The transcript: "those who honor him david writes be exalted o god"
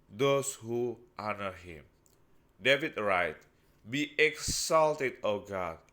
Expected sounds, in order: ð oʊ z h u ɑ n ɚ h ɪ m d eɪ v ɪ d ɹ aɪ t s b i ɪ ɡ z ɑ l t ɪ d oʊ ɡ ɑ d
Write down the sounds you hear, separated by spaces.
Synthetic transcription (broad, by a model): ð oʊ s h u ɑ n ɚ h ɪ m d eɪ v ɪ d ɹ aɪ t b i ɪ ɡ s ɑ l t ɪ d oʊ ɡ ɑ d